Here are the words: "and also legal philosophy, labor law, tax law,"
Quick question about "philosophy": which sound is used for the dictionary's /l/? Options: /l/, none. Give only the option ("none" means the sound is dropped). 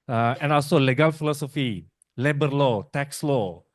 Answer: /l/